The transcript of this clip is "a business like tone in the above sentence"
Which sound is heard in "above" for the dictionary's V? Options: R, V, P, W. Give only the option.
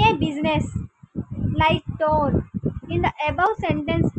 W